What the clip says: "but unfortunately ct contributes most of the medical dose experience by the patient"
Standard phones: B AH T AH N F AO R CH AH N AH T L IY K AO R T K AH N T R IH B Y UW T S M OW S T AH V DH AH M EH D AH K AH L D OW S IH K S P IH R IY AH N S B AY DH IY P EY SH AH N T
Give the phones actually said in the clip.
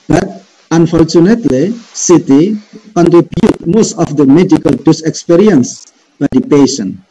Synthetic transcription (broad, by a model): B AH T AH N F AO R CH AH N AH T L IY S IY T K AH N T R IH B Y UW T M OW S T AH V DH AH M EH D AH K AH L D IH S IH K S P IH R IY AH N S B AY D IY P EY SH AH N